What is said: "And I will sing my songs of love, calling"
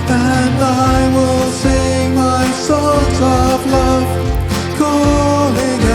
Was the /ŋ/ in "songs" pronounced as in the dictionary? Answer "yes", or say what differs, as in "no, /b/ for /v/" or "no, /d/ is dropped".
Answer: no, /ŋ/ is dropped